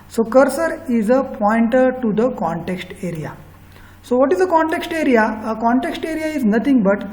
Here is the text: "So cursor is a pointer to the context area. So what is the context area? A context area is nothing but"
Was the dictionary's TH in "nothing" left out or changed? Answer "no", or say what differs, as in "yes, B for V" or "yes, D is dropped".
yes, T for TH